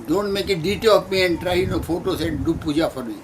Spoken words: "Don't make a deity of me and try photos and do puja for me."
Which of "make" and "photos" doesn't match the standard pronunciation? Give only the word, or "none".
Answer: photos